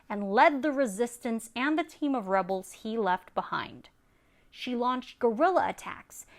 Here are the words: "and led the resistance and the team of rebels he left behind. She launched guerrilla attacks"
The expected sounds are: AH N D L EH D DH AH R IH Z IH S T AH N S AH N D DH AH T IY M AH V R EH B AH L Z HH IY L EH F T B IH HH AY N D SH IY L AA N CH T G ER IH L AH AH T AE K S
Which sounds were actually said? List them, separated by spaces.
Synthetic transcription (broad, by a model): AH N L EH D DH AH R IH Z IH S T AH N S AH N DH AH T IY M AH V R EH B L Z HH IY L EH F T B IH HH AY N D SH IY L AA N CH T G ER IH L AH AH T AE K S